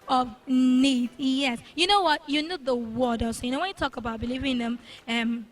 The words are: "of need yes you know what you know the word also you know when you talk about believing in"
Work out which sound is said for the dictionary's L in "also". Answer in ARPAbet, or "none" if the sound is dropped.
none